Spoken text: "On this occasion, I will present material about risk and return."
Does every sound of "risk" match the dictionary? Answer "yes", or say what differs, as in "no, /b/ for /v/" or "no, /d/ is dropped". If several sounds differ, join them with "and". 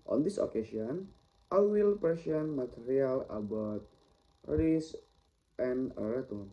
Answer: no, /k/ is dropped